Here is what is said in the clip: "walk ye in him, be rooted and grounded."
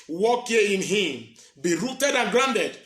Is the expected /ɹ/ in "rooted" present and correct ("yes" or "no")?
yes